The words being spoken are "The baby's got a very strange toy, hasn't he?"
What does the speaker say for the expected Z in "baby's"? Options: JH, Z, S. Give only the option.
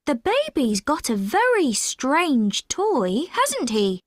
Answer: Z